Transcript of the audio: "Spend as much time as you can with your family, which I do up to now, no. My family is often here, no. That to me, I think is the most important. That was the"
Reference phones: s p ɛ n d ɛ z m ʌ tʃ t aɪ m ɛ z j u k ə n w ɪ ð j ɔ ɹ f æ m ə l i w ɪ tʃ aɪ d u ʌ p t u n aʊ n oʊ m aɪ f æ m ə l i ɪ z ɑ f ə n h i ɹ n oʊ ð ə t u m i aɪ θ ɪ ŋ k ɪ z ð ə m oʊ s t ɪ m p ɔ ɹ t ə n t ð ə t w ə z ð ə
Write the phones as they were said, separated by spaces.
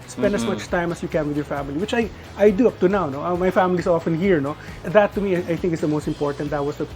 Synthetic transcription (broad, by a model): s p ɛ n d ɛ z m ʌ tʃ t aɪ m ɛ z j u k ə n w ɪ ð j ɔ ɹ f æ m ə l i w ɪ tʃ aɪ d u ʌ p t u n aʊ n oʊ m aɪ f æ m ə l i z ɑ f ə n h i ɹ n oʊ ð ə t u m i aɪ θ ɪ ŋ k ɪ s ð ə m oʊ s t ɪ m p ɔ ɹ t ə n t ð ə t w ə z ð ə